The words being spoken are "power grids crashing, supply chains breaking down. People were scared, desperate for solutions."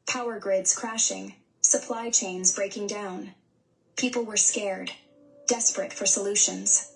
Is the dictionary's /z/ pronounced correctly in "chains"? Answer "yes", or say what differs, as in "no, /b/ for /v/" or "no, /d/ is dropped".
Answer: yes